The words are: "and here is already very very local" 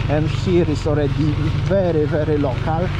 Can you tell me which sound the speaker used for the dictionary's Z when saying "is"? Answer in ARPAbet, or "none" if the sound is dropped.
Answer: S